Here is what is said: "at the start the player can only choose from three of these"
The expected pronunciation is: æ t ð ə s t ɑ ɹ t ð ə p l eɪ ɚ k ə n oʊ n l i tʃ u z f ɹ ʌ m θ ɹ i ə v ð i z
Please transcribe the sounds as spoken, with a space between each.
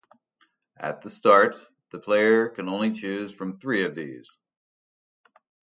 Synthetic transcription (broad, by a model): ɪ t ð ə s t ɑ ɹ t ð ə p l eɪ ɚ k ə n oʊ n l i tʃ u z f ɹ ʌ m θ ɹ i ə v ð i z